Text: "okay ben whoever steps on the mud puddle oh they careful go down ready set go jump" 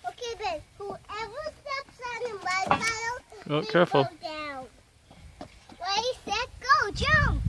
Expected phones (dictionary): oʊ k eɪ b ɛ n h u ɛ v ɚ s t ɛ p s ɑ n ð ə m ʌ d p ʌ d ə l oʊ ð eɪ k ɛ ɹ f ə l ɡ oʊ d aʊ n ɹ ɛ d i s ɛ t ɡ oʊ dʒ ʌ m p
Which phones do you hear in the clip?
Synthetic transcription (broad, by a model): oʊ k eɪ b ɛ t h u ɛ v ɚ s t ɛ p s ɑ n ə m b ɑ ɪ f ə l oʊ k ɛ ɹ f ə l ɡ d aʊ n w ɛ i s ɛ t ɡ oʊ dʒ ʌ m